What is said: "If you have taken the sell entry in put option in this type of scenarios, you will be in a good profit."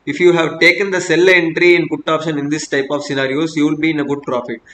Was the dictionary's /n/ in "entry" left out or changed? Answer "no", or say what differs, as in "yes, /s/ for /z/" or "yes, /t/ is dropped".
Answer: no